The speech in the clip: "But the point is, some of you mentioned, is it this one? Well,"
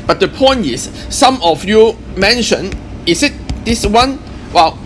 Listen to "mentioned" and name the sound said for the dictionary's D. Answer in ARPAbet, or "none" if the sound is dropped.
none